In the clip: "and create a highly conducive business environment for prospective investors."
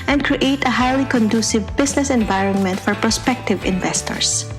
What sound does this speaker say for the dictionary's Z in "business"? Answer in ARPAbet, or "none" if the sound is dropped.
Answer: S